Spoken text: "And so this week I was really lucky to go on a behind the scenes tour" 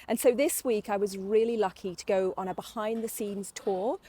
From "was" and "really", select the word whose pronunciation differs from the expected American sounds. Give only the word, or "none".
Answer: none